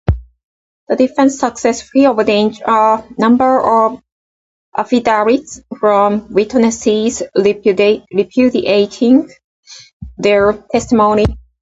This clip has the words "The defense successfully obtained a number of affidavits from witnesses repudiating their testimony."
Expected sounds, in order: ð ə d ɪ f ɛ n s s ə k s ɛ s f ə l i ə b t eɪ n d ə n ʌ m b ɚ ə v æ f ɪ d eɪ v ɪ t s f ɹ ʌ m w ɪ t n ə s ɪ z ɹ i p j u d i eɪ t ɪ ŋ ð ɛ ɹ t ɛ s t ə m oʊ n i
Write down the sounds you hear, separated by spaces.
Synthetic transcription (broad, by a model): ð ə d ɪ f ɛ n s s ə k s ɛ s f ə i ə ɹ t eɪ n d ə n ʌ m b ɚ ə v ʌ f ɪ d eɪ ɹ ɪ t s f ɹ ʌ m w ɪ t n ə s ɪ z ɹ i p j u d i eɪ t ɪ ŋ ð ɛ ɹ t ɛ s t ə m oʊ n i